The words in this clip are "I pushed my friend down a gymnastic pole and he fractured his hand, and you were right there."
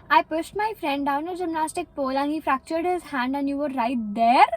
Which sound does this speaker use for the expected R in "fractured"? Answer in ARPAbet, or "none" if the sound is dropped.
R